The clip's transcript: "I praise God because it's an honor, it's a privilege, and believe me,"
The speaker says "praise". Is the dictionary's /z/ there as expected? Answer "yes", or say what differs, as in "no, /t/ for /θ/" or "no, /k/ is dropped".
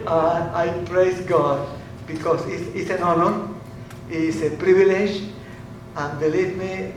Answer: no, /s/ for /z/